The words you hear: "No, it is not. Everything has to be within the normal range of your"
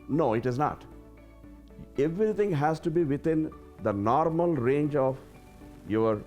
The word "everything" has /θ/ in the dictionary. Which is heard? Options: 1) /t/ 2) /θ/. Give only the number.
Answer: 1